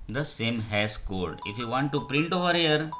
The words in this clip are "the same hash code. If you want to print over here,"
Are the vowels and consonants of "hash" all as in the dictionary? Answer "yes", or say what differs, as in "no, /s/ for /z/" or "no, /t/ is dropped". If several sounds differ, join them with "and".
no, /s/ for /ʃ/